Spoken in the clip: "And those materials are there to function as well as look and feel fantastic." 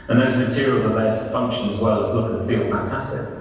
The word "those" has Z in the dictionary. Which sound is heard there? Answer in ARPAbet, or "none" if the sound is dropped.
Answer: Z